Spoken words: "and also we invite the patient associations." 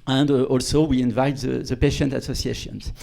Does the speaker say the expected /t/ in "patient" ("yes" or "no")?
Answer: yes